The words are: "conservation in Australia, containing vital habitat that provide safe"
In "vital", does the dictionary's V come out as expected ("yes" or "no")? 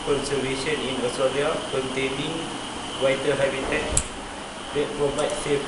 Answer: no